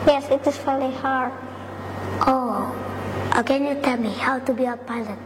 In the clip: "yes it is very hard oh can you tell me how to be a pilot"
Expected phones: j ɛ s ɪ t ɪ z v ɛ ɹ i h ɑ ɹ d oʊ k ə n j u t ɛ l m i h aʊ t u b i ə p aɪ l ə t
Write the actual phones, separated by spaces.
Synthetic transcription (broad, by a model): j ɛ s ɪ t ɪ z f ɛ l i h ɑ ɹ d oʊ k ə n j u t ɛ l m i h aʊ t u b i ə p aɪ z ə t